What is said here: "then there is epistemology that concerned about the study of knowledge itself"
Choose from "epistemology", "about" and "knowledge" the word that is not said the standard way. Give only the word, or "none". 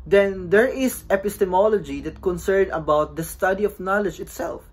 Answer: none